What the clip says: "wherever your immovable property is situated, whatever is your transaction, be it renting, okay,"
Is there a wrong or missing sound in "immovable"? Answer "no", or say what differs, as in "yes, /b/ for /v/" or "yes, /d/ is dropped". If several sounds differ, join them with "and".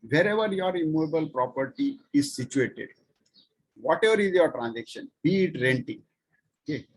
no